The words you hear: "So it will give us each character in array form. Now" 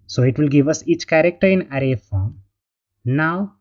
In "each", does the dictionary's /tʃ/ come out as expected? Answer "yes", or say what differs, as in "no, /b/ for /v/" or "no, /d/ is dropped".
yes